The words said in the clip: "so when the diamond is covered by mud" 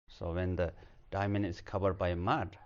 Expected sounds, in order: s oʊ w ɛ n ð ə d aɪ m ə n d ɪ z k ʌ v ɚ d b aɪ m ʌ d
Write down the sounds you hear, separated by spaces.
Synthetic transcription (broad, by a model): s oʊ w ɛ n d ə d aɪ m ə n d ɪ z k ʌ b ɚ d b aɪ m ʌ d